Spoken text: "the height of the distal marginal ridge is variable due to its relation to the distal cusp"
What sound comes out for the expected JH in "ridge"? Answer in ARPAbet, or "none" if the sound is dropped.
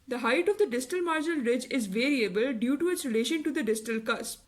JH